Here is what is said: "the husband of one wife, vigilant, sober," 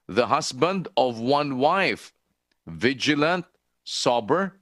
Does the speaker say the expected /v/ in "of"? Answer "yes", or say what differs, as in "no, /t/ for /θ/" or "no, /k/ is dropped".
yes